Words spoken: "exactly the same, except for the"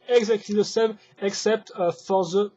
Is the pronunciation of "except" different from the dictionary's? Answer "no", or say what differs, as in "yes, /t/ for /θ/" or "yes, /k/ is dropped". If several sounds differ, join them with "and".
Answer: no